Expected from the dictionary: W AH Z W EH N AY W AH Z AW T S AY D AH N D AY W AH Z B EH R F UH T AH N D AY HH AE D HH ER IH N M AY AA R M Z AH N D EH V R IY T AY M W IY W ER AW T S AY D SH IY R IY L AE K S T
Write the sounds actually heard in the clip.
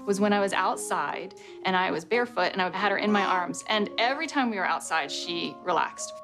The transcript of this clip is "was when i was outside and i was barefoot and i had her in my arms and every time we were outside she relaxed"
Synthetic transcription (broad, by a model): W AH Z W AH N AY W AH Z AW T S AY D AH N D AY W AH Z B EH R F UH T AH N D AY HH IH D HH ER IH N M AY AA R M Z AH N EH V R IY T AY M W IY W ER AW T S AY D SH IY R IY L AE K S T